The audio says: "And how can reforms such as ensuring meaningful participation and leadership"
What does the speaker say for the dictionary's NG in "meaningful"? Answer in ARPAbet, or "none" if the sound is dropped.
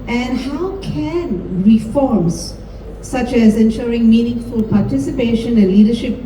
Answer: NG